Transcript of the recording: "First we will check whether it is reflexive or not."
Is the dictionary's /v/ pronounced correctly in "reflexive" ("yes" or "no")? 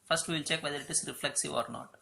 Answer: yes